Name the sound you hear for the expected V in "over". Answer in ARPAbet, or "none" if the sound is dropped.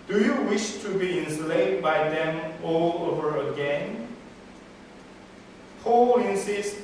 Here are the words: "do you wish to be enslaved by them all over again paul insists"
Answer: V